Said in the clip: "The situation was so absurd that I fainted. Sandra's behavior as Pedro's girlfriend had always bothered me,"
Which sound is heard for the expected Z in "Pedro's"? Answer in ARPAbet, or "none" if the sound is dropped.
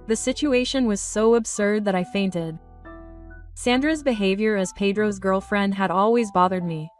Z